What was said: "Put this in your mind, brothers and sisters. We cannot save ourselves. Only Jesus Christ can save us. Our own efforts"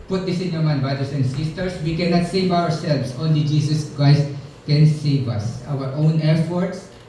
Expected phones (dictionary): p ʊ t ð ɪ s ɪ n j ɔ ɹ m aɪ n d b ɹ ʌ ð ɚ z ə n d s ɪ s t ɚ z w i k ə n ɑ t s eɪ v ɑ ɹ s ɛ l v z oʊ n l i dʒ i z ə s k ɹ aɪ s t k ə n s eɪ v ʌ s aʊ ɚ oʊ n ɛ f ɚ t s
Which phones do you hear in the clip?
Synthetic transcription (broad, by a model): p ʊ t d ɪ s ɪ n j ɔ ɹ m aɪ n b ɹ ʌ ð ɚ s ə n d s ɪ s t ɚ s w i k ə n ɑ t s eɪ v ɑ ɹ s ɛ l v s oʊ n l i dʒ i s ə s k ɹ aɪ s t k ə n s eɪ v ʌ s aʊ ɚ oʊ n ɛ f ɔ t s